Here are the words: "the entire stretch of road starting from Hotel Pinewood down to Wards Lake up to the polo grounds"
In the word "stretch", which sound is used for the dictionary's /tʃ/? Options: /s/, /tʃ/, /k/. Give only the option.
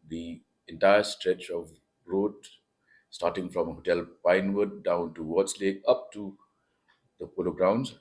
/tʃ/